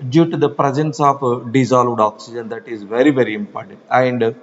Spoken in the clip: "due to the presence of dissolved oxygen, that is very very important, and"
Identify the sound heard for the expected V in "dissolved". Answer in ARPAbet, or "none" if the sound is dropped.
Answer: V